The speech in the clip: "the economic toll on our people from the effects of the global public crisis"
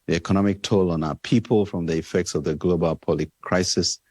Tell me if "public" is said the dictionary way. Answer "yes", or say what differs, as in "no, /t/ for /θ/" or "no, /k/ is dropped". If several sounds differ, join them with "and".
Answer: no, /b/ is dropped